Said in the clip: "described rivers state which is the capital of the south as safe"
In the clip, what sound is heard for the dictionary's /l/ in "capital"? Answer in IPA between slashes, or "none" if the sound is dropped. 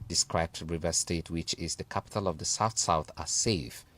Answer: /l/